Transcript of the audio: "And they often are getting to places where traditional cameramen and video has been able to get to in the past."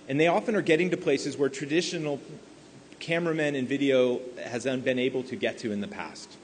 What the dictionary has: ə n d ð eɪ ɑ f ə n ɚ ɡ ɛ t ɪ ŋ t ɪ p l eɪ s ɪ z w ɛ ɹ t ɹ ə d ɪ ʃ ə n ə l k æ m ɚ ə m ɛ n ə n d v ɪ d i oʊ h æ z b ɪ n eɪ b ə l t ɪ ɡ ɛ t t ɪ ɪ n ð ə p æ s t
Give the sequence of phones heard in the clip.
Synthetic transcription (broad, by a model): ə n ð eɪ ɑ f ə n ɚ ɡ ɛ t ɪ ŋ t ɪ p l eɪ s ɪ z w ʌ ɹ t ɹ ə d ɪ ʃ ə n l k æ m ɚ ə m ɛ n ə n v ɪ d i oʊ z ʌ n b ɪ n eɪ b l t ɪ ɡ ɛ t t ɪ ɪ n ð ə p æ s t